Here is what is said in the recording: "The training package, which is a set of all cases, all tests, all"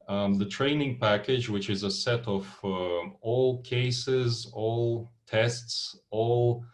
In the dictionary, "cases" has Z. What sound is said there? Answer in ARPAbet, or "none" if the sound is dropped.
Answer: Z